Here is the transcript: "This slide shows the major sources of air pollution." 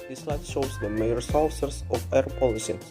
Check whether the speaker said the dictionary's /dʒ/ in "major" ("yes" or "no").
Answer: no